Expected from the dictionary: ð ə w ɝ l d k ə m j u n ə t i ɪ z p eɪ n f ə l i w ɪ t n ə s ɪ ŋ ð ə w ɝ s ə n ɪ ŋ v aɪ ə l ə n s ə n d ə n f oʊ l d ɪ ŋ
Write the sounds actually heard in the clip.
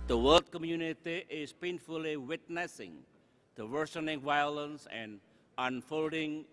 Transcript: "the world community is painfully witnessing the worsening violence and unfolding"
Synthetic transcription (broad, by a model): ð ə w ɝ l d k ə m j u n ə t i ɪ s p eɪ n f ə l i w ɪ t n ə s ɪ ŋ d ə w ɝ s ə n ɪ ŋ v aɪ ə l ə n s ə n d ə n f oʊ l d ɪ ŋ